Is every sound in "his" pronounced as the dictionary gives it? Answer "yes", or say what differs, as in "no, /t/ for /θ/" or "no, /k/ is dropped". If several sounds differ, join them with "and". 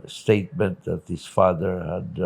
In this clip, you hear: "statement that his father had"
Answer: no, /s/ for /z/